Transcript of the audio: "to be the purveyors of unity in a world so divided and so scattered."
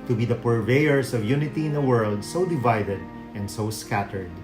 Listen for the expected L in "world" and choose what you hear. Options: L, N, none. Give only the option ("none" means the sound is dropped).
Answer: L